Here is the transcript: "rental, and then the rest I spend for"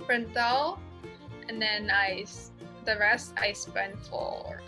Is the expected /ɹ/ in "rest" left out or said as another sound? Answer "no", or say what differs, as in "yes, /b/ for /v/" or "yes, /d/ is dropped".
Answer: no